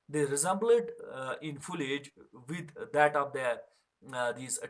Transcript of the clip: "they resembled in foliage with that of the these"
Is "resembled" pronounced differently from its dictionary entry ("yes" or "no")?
yes